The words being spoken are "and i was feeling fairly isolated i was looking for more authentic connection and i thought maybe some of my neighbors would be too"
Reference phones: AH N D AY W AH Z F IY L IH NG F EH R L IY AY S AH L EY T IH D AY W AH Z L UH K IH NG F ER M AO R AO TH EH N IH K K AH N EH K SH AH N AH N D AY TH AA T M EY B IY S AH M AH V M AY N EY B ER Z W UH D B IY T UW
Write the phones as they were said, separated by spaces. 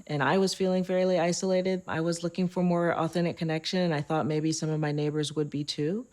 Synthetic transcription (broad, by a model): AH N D AY W AH Z F IY L IH NG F EH R L IY AY S AH L EY T IH D AY W AH Z L UH K IH NG F ER M AO R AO TH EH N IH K K AH N EH K SH AH N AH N AY TH AA T M EY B IY S AH M AH V M AY N EY B ER Z W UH D B IY T UW